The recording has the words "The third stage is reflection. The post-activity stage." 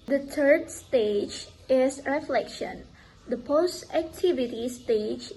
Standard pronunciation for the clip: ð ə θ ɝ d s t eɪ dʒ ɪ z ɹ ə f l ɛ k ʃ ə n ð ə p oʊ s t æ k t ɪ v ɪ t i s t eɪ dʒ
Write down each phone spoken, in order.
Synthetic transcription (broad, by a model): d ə t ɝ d s t eɪ dʒ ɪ s ɹ ə f l ɛ k ʃ ə n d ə p oʊ s t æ k t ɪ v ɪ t i s t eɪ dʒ